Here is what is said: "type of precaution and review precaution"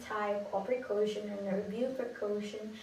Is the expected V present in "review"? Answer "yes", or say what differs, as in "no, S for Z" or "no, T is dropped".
no, B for V